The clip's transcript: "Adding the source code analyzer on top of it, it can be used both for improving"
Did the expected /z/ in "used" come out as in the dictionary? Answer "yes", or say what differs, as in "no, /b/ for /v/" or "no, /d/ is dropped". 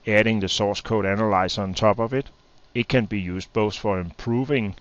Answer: no, /s/ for /z/